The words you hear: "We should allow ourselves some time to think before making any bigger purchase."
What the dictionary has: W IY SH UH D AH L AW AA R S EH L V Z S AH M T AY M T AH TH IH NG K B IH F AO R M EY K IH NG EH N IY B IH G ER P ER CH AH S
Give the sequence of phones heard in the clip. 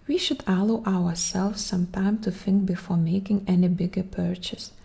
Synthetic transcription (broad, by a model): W IY SH UH D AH L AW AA R S EH L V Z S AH M T AY M T AH TH IH NG K B IH F AO R M EY K IH NG EH N IY B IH G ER P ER CH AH S